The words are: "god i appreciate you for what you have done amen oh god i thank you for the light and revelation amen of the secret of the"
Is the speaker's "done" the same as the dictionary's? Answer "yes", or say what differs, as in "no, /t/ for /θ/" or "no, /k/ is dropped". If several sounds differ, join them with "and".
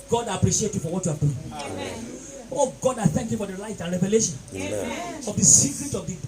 no, /n/ is dropped